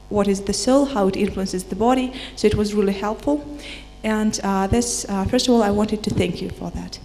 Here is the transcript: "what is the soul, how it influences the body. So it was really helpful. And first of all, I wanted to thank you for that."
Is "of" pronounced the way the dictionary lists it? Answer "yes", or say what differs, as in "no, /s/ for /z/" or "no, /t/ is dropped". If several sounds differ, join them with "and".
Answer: yes